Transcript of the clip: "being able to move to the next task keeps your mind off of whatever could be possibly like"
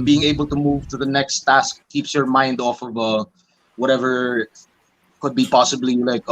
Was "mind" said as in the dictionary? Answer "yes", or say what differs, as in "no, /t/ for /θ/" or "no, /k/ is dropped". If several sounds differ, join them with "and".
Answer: yes